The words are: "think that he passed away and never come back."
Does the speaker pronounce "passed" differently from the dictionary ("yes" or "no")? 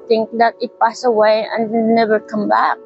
yes